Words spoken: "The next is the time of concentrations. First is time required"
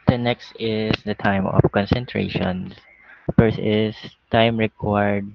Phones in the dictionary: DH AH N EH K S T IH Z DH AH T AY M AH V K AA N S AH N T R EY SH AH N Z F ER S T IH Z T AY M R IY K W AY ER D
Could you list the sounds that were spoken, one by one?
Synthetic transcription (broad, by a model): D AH N EH K S T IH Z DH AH T AY M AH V K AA N S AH N T R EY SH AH N S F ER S IH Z T AY M R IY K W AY D